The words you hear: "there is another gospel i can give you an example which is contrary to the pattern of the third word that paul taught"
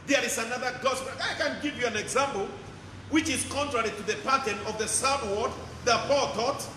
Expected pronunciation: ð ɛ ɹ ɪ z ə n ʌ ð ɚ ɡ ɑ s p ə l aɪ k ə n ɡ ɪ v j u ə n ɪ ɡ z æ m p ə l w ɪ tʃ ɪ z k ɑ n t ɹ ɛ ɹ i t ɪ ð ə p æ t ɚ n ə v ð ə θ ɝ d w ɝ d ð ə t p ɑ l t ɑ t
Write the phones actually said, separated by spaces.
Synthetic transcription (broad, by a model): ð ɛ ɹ ɪ z ə n ʌ ð ɚ ɡ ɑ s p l aɪ k ə n ɡ ɪ v j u ə n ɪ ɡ z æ m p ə l w ɪ tʃ ɪ z k ɑ n t ɹ ɛ ɹ i t ɪ ð ə p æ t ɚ n ə v ð ə s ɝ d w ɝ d ð ə t p ɑ l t ɑ t